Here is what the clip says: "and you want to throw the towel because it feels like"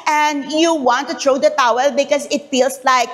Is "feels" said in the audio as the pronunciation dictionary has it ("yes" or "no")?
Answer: no